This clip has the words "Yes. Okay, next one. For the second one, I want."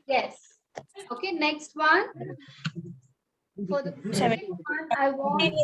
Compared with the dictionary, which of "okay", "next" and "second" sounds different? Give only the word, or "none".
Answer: second